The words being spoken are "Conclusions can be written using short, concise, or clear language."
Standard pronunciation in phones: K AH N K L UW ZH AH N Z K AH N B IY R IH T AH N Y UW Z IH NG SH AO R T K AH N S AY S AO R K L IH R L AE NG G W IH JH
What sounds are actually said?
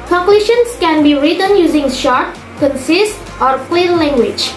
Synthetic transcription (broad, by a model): K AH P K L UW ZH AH N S K AH N B IY R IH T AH N Y UW Z IH NG SH AO R T K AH N S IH S AO R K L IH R L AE NG G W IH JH